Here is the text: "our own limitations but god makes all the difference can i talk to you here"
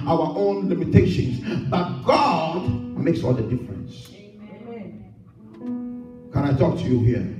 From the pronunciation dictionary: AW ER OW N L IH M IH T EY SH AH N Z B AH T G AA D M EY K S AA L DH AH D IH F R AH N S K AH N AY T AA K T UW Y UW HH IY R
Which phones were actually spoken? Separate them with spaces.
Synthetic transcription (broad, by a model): AW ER OW N L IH M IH T EY SH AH N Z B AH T G AA D M EY K S AA L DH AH D IH F R AH N S K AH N AY T AA K T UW Y UW HH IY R